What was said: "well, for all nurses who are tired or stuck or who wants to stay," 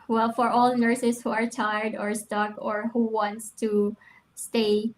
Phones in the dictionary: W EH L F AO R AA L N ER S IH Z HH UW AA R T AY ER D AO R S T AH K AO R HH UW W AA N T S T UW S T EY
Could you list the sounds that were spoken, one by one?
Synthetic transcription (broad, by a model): W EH L F AO R AA L N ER S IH S HH UW AA R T AY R D AO R S T AH K AO R HH UW W AA N T S T UW S T EY